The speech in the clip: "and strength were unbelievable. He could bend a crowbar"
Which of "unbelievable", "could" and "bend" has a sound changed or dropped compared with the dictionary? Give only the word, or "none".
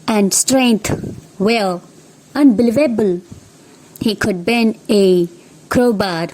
bend